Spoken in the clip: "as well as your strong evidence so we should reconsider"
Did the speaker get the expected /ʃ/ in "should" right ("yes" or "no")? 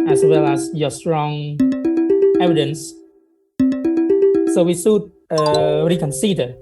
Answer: no